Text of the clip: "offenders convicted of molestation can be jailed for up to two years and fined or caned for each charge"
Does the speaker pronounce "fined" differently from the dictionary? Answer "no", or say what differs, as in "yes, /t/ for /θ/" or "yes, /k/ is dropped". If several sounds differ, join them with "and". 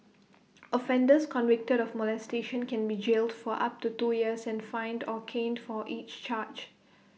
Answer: no